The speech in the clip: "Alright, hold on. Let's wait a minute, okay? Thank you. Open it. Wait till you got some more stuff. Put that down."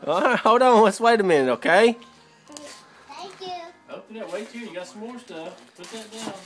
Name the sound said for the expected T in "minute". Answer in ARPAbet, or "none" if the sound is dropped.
none